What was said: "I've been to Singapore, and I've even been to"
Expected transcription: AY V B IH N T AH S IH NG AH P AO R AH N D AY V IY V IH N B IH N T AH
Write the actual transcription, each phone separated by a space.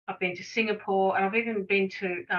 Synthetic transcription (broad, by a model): AY V B IH N T AH S IH NG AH P AO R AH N AY V IY V IH N B IH N T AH